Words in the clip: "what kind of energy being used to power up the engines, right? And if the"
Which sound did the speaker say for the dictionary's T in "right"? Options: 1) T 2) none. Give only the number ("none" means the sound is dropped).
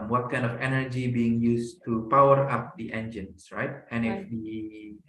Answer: 1